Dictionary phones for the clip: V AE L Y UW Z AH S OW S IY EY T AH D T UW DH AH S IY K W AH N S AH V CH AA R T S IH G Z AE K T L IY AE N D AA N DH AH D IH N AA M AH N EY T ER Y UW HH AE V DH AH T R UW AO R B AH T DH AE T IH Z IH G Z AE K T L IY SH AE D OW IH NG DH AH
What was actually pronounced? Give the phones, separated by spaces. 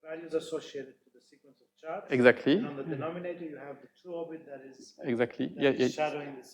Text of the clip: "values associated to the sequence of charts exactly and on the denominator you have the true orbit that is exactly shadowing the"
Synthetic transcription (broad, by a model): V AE L Y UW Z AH S OW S IY EY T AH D T UW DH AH S IY K W AH N S AH V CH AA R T IH G Z AE K T L IY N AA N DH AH D IH N AA M AH N EY T ER Y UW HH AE V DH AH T UW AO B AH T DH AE T IH Z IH G Z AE K T L IY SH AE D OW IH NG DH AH